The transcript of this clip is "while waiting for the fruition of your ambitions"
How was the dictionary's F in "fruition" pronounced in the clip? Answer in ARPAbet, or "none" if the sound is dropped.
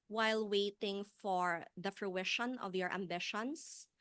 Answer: F